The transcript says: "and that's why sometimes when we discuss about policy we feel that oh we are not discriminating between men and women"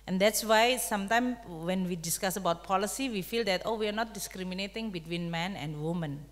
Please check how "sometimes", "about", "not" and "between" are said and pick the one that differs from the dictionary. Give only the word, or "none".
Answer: sometimes